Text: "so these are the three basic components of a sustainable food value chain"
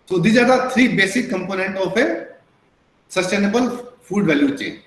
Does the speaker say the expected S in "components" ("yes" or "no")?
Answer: no